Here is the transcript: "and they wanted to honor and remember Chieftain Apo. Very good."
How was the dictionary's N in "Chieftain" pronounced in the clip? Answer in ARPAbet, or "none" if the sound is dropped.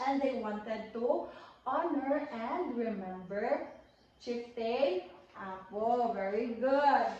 none